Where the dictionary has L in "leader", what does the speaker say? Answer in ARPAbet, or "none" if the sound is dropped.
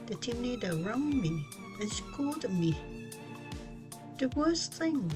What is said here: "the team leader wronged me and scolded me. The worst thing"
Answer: N